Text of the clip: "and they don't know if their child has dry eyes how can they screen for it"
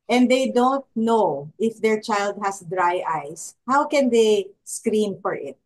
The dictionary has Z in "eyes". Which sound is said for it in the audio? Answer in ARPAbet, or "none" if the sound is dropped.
S